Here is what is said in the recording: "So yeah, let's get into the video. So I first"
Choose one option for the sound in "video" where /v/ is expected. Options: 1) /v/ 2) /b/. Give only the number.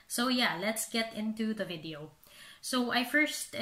1